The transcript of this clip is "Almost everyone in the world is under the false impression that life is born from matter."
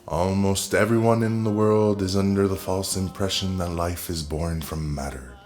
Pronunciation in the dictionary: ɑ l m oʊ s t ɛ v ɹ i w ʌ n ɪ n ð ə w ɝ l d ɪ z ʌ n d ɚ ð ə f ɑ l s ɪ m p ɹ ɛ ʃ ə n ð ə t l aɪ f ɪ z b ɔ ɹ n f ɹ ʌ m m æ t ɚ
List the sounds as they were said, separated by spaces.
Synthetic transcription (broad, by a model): ɑ l m oʊ s t ɛ v ɹ i w ʌ n ɪ n ð ə w ɝ l d ɪ z ʌ n d ɚ ð ə f ɑ l s ɪ m p ɹ ɛ ʃ ə n ð ə t l aɪ f ɪ z b ɔ ɹ n f ɹ ʌ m m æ t ɚ